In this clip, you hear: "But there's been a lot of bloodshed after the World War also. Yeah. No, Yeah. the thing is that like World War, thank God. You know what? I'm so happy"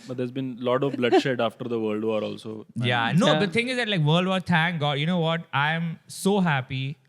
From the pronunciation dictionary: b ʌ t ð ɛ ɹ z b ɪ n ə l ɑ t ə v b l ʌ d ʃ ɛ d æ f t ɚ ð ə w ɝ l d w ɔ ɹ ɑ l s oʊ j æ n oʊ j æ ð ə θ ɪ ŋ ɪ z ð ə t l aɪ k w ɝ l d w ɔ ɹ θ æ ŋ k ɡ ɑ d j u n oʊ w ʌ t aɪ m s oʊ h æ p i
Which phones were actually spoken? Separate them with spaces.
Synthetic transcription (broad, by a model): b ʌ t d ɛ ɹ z b ɪ n l ɑ t ə v b l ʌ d ʃ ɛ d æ f t ɚ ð ə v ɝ l d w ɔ ɹ ɑ l s oʊ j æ n oʊ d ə t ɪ ŋ ɪ z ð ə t l aɪ k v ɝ l d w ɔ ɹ t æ ŋ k ɡ ɑ d j u n oʊ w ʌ t aɪ m s oʊ h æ p i